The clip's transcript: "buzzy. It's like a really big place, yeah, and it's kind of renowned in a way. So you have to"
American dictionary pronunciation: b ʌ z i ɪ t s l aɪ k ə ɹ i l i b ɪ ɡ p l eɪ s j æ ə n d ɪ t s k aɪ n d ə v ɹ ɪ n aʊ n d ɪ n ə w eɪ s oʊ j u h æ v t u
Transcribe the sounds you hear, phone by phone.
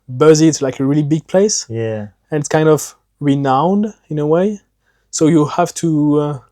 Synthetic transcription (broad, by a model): b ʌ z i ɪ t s l aɪ k ə ɹ i l i b ɪ ɡ p l eɪ s j æ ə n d ɪ t s k aɪ n d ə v ɹ ɪ n aʊ n d ɪ n ə w eɪ s oʊ j u h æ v t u